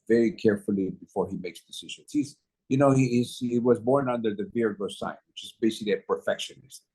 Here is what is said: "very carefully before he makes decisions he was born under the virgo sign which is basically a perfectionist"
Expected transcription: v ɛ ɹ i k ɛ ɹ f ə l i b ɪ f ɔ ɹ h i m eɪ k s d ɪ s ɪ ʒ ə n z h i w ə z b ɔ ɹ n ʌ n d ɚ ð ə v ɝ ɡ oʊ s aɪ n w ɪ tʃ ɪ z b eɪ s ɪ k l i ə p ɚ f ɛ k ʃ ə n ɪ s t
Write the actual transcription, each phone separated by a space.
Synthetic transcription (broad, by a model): v ɛ ɹ i k ɛ ɹ f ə l i b ɪ f ɔ ɹ h i m eɪ k s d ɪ s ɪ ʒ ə n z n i w ə z b ɔ ɹ n ʌ n d ɚ ð ə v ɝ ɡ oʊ s aɪ n w ɪ tʃ ɪ z b eɪ s ɪ k l i ə p ɚ f ɛ k ʃ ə n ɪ s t